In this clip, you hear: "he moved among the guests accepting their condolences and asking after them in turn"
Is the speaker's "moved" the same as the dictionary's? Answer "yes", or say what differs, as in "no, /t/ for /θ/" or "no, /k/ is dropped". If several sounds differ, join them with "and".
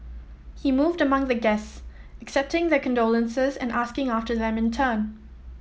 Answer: yes